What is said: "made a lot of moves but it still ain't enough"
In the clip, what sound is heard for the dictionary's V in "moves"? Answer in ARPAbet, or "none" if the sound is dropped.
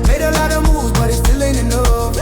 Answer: none